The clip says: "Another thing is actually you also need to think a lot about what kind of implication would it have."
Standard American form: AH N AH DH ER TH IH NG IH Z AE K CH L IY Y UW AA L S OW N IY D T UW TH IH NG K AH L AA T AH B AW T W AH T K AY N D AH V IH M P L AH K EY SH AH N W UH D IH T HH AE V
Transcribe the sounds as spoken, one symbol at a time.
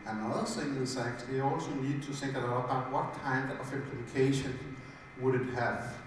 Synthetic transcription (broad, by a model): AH N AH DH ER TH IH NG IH S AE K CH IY AA L S OW N IY D T UW TH IH NG K AH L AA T AH B AW T W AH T K AY N D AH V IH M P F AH K EY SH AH N W UH D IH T HH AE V